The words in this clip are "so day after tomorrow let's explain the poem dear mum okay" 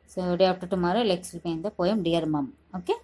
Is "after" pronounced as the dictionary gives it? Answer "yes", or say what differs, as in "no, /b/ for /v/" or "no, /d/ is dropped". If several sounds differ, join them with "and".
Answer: no, /p/ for /f/